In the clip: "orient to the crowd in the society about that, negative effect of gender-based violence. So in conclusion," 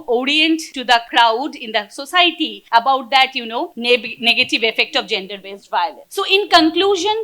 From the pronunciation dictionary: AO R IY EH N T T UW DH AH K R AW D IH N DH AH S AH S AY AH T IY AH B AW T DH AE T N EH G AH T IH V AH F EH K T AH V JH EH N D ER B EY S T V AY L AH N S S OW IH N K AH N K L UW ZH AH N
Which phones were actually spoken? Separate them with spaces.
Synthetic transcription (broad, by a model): AO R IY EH N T T UW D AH K R AW D IH N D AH S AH S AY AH T IY AH B AW T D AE T N EH G AH T IH V AH F EH K T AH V JH EH N D ER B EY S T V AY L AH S S OW IH N K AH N K L UW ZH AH N